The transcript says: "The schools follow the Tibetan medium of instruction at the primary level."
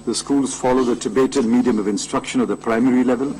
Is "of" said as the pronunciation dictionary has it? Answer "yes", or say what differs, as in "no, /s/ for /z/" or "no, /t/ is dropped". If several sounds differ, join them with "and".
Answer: yes